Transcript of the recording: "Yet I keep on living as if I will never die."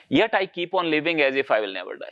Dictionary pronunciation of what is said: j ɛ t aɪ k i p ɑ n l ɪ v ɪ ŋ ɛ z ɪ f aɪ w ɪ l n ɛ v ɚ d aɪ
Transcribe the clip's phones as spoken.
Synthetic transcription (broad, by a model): j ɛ t aɪ k i p ɑ n l ɪ v ɪ ŋ ɛ z ɪ f aɪ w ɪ l n ɛ v ɚ d aɪ